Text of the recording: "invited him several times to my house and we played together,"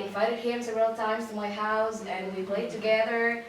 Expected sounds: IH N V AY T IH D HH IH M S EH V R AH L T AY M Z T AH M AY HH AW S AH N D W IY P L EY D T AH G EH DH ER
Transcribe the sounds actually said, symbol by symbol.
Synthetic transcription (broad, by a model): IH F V AY T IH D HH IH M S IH R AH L T AY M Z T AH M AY HH AW S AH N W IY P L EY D T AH G EH DH ER